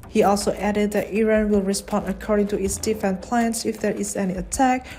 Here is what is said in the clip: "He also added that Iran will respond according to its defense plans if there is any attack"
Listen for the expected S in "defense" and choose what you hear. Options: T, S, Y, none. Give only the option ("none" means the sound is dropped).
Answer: none